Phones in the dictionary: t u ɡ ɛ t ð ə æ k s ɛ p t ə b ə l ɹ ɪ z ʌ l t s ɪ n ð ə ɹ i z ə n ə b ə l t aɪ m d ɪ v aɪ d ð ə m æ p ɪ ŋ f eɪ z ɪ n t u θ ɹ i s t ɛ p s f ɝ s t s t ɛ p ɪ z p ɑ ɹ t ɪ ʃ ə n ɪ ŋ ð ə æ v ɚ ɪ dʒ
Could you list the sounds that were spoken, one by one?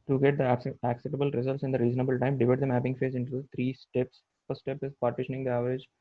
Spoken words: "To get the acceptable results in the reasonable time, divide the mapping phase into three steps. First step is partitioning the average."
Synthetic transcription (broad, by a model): t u ɡ ɛ t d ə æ k s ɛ t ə b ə l ɹ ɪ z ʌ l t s ɪ n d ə ɹ i z ə n ə b ə l t aɪ m d ɪ v aɪ d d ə m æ p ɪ ŋ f eɪ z ɪ n t u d ɹ i s t ɛ p s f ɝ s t s t ɛ p ɪ z p ɑ ɹ t ɪ ʃ ə n ɪ ŋ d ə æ v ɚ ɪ dʒ